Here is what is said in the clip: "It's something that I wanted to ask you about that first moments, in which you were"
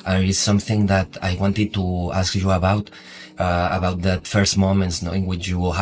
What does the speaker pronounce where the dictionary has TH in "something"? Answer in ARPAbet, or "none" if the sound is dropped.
TH